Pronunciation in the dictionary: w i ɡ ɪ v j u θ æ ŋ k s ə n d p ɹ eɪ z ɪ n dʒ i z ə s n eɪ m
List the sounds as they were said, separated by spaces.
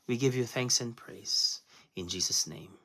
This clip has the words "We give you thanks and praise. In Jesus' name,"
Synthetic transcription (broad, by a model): w i ɡ ɪ v j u θ æ ŋ k s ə n p ɹ eɪ z ɪ n dʒ i z ə s n eɪ m